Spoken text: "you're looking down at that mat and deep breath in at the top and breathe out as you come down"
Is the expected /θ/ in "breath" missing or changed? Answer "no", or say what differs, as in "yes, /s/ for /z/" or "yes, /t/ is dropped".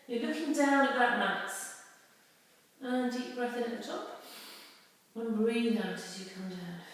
no